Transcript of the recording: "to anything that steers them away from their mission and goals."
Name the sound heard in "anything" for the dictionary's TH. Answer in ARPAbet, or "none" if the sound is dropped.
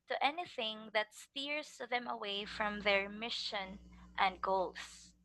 TH